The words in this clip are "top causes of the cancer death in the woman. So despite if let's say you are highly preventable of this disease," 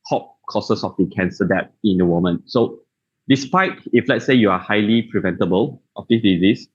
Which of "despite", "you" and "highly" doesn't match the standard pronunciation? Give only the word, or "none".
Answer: none